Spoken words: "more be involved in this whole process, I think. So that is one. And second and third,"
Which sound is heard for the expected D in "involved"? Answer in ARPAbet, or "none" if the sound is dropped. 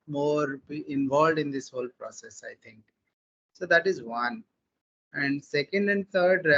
D